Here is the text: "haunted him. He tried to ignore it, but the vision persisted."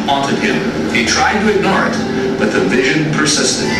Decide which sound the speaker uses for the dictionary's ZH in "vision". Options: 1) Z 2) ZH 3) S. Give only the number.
2